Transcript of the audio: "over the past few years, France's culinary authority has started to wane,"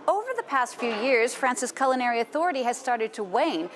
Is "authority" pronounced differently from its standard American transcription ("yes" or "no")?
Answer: no